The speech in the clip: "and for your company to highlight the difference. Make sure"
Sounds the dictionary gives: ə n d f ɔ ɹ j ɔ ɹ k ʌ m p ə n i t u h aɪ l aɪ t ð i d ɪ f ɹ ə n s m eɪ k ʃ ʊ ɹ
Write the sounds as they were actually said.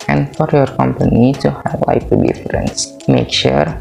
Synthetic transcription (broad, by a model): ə n d f ɔ ɹ j ɔ ɹ k ʌ m p ə n i t u h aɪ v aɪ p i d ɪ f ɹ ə n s m eɪ k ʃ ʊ ɹ